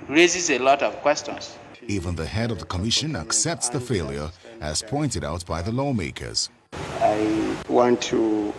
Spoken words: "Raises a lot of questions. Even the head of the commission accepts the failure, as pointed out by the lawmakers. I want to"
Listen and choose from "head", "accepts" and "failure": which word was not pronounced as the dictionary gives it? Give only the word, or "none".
none